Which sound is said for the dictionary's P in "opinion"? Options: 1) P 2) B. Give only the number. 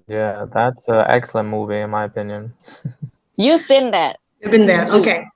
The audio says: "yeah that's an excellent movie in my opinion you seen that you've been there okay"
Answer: 1